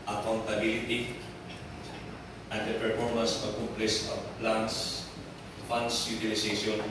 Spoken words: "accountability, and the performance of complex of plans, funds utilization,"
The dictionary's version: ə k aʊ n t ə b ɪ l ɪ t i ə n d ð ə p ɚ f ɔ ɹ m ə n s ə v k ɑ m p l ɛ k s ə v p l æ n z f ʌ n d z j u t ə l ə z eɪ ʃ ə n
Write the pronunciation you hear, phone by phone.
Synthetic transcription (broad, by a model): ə k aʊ n t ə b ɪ l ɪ t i ə n d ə p ɚ f ɔ ɹ m ə n s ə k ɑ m p l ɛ s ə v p l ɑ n s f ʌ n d s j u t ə l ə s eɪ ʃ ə n